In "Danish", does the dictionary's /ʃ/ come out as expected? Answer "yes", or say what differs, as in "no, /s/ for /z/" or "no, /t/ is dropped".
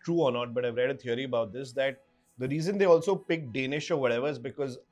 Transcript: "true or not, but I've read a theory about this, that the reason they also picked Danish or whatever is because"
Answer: yes